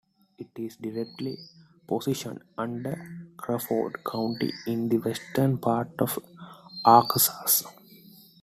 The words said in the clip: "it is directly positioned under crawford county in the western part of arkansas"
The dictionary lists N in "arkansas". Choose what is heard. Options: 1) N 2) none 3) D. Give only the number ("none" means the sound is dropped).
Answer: 2